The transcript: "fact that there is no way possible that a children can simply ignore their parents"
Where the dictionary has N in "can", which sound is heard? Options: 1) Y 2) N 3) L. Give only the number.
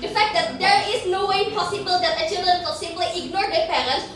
3